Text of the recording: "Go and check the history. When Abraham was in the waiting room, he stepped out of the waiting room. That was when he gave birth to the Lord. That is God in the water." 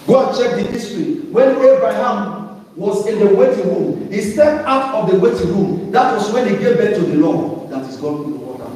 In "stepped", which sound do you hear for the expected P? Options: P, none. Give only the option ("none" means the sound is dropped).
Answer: none